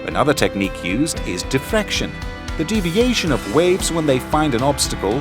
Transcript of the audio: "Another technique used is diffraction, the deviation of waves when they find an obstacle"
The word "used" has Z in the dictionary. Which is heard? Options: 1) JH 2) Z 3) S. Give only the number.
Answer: 2